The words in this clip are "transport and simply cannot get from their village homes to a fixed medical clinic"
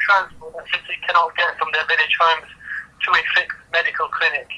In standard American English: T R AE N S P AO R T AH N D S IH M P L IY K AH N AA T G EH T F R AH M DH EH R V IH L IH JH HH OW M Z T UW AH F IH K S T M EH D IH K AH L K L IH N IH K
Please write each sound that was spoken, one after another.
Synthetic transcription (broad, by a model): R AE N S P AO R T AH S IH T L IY K AH N AA T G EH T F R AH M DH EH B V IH N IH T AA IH M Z T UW AH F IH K T M EH D IH K AH L K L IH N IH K